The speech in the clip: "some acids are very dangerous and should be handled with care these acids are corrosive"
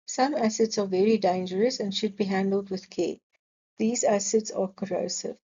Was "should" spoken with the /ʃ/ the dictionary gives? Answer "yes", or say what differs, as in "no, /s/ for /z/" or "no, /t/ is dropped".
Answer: yes